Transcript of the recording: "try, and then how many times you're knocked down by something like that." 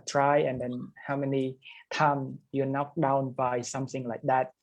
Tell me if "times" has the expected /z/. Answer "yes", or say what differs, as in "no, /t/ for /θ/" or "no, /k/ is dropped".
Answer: no, /z/ is dropped